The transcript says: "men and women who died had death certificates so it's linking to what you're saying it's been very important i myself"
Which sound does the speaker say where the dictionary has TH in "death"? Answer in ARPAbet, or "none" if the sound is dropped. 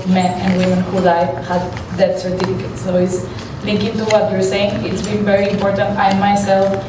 T